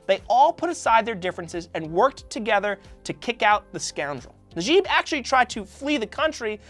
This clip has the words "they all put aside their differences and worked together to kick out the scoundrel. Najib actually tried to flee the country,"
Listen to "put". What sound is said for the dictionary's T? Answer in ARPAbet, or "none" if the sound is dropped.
T